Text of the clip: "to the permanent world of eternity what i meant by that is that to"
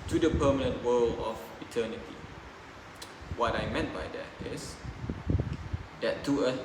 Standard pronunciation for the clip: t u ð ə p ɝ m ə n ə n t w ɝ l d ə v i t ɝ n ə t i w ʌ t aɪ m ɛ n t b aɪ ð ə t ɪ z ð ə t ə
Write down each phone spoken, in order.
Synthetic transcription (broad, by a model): t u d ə p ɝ m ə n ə n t w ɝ l ə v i t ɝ n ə t i w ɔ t aɪ m ɛ n t b aɪ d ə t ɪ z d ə t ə